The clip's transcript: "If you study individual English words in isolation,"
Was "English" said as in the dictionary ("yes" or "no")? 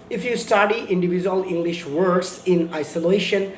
yes